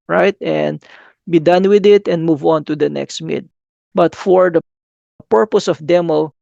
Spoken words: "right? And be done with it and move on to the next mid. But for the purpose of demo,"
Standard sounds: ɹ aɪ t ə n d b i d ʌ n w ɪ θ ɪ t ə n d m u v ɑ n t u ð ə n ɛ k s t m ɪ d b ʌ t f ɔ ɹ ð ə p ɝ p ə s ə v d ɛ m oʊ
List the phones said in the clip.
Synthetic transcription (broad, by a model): ɹ aɪ t ə n d b i d ʌ n w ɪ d ɪ t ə n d m u v ɑ n t u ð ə n ɛ k s t m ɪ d b ʌ t f ɔ ɹ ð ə p ɝ p ə s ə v d ɛ m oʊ